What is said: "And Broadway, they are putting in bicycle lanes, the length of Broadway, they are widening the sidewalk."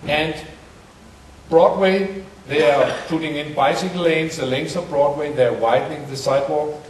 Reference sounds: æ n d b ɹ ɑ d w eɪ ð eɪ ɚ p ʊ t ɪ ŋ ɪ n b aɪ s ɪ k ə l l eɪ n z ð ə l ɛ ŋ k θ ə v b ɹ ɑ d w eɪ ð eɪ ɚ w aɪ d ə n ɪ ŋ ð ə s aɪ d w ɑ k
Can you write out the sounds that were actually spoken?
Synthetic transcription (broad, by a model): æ n d b ɹ ɑ d w eɪ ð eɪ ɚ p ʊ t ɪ ŋ ɪ n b aɪ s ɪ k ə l l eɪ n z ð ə l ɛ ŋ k s ə v b ɹ ɑ d w eɪ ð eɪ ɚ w aɪ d n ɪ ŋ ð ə s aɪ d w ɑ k